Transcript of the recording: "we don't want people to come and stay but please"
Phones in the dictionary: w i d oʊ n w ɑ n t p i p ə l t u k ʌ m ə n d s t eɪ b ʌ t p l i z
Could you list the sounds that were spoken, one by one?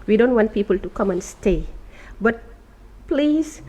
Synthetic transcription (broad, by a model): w i d oʊ n w ɑ n t p i p ə l t u k ʌ m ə n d s t eɪ b ʌ t p l i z